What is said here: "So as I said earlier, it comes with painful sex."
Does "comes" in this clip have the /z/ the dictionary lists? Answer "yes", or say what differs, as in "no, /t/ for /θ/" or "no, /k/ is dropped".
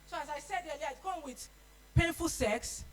no, /z/ is dropped